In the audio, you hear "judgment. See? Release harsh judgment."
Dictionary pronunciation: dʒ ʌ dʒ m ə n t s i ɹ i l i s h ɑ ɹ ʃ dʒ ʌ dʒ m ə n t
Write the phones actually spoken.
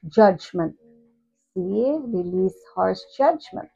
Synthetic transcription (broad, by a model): dʒ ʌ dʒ m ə n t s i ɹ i l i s h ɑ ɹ s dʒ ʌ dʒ m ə n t